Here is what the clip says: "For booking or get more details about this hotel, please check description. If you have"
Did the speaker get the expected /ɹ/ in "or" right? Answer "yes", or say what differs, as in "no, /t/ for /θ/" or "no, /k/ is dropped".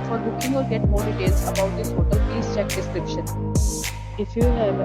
no, /l/ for /ɹ/